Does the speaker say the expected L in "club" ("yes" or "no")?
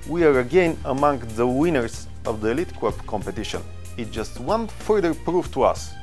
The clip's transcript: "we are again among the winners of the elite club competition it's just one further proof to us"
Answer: no